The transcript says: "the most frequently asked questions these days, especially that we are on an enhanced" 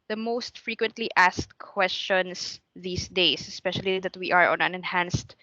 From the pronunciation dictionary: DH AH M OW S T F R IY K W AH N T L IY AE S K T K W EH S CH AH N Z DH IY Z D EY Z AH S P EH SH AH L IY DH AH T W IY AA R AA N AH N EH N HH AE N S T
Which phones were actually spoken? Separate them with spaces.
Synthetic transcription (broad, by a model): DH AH M OW S T F R IY K W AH N T L IY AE S K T K W EH S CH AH N S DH IY S D EY S AH S P EH SH AH L IY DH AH T W IY AA R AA N AH N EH N HH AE N S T